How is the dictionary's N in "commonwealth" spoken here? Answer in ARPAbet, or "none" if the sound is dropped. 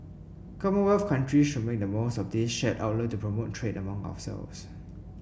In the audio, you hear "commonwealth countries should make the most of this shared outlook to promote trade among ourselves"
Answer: none